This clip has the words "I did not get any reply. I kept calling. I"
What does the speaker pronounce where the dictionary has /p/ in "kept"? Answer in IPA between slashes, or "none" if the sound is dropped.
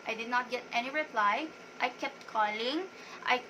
/p/